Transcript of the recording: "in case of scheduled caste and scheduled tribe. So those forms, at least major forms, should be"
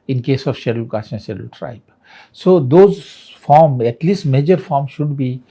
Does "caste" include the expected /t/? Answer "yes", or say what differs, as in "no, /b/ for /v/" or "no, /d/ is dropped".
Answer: no, /t/ is dropped